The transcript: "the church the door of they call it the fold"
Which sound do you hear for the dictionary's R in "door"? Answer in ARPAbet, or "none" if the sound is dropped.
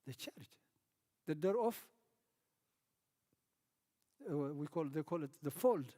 W